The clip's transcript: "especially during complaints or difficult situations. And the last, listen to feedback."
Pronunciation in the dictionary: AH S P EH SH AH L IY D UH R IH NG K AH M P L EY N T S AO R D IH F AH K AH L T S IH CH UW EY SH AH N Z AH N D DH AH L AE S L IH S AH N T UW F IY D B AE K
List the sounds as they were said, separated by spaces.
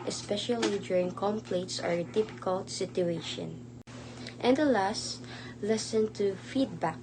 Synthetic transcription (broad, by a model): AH S P EH SH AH L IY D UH R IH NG K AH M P L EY T S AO R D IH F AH K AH L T S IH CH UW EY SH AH N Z AH N D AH L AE S L IH S AH N T UW F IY D B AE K